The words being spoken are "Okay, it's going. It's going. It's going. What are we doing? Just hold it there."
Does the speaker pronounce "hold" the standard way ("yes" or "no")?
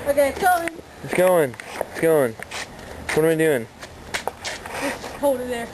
no